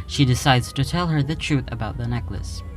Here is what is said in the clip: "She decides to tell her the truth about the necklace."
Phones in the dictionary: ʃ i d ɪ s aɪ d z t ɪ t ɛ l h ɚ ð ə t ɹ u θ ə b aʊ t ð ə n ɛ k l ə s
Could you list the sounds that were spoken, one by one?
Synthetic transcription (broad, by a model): ʃ i d ɪ s aɪ d z t ɪ t ɛ l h ɚ ð ə t ɹ u θ ə b aʊ t ð ə n ɛ k l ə s